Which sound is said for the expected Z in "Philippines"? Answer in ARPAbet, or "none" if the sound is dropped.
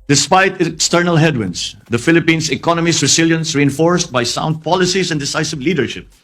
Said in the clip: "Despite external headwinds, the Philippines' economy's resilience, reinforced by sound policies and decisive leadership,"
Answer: S